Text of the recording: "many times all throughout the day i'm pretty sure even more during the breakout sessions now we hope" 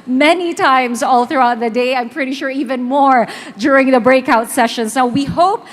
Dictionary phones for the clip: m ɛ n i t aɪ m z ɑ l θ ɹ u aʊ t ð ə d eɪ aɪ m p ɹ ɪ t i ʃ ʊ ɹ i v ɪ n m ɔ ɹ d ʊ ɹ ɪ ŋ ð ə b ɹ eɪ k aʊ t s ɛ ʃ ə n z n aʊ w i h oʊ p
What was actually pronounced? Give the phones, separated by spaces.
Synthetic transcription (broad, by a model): m ɛ n i t aɪ m z ɑ l θ ɹ u aʊ t ð ə d eɪ aɪ m p ɹ ɪ t i ʃ ʊ ɹ i v ɪ n m ɔ ɹ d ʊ ɹ ɪ ŋ ð ə b ɹ eɪ k aʊ t s ɛ ʃ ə n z n aʊ w i h oʊ p